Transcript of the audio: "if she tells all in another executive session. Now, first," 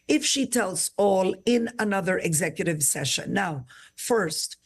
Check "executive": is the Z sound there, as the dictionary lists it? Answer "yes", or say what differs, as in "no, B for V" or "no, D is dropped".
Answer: yes